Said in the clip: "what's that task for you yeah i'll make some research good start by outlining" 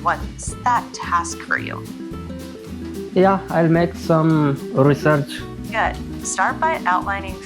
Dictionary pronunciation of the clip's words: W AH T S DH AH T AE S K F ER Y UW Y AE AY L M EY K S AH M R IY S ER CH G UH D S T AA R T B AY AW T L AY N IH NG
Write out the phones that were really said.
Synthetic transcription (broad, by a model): W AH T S DH AH T AE S K F ER Y UW Y AE AY L M EY K S AH M R IY S ER CH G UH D S T AA R T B AY AW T L AY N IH NG